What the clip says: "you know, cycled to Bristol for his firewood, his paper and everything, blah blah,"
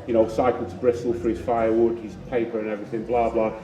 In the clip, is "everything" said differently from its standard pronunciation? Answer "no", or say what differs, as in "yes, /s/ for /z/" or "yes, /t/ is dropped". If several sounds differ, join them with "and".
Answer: no